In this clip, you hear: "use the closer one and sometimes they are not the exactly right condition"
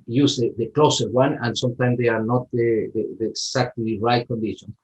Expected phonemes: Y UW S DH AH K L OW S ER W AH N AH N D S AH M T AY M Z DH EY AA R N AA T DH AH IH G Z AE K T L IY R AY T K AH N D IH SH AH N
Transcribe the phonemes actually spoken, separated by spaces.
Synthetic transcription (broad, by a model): Y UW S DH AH K L OW S ER W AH N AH N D S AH M T AY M S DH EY AA R N AA T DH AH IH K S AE K T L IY R AY T K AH N D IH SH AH N